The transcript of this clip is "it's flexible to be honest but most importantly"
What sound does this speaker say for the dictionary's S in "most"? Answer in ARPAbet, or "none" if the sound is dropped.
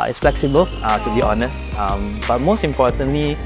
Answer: S